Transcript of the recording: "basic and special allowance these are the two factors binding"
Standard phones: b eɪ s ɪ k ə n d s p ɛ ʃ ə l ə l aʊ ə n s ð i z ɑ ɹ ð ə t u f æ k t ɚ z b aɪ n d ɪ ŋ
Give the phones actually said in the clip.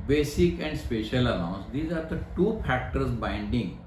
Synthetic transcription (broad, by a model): b eɪ s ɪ k ə n d s p ɛ ʃ ə l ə n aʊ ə n s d i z ɑ ɹ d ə t u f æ k t ɚ s b aɪ n d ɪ ŋ